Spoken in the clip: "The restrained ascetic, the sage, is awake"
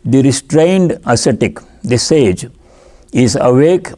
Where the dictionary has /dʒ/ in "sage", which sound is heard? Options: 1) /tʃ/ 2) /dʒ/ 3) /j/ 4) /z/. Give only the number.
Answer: 2